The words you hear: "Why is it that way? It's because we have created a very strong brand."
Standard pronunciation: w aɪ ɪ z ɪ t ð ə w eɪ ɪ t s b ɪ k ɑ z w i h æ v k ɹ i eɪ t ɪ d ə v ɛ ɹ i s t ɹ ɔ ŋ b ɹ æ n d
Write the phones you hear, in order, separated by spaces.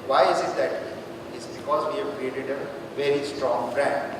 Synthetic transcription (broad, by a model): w aɪ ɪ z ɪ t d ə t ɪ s b ɪ k ɑ z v i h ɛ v k ɹ i eɪ t ɪ d ə v ɛ ɹ i s t ɹ ɔ ŋ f ɹ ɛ n d